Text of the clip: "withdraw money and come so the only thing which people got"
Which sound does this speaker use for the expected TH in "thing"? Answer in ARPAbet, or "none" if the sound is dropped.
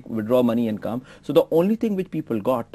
T